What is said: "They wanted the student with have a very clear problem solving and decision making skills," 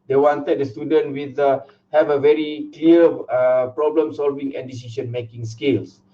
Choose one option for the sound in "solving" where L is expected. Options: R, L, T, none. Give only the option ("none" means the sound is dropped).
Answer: L